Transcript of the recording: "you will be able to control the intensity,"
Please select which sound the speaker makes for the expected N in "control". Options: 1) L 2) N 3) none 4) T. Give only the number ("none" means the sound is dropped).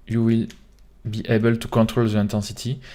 2